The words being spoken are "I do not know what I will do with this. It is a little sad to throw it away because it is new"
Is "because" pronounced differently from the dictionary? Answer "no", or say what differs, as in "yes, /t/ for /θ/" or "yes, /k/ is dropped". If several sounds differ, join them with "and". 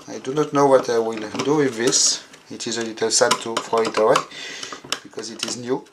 no